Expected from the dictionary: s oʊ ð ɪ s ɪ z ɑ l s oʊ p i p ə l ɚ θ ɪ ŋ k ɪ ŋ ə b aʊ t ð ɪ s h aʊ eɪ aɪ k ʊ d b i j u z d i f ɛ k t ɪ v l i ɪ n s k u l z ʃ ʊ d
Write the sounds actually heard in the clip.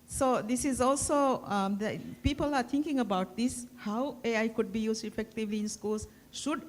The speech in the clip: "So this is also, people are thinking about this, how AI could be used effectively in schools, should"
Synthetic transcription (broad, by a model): s oʊ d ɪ s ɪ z ɑ l s oʊ p i p ə l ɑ t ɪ ŋ k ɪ ŋ ə b aʊ t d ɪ s h aʊ eɪ aɪ k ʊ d b i j u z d i f ɛ k t ɪ v l i ɪ n s k u l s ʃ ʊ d